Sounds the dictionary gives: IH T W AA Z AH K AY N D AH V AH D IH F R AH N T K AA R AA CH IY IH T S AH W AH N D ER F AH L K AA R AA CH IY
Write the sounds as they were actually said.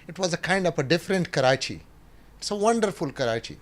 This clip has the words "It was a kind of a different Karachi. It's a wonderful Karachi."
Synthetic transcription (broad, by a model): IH T W AA Z AH K AY N D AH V AH D IH F R AH N T K AA R AA CH IY IH T S AH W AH N D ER F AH L K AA R AA CH IY